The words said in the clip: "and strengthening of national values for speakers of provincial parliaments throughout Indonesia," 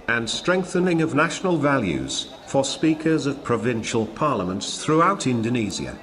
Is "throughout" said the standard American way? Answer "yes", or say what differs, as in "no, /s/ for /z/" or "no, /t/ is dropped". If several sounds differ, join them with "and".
yes